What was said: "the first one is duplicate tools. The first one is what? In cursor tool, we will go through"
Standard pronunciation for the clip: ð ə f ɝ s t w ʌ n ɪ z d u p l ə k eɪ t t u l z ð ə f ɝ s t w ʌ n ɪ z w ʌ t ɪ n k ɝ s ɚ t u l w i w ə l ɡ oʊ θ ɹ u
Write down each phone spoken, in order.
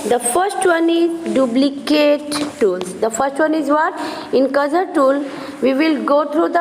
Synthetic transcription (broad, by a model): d ə f ɝ s t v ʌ n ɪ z d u b l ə k eɪ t t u l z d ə f ɝ s t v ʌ n ɪ z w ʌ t ɪ n k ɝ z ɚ t u l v i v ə l ɡ oʊ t ɹ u